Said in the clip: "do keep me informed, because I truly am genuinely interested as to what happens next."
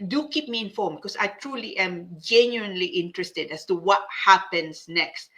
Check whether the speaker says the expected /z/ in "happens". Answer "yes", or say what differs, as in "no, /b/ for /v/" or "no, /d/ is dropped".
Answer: no, /s/ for /z/